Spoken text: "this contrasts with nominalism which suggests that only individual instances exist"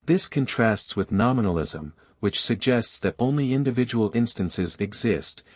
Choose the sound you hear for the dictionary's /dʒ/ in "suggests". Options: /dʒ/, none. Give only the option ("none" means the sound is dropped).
/dʒ/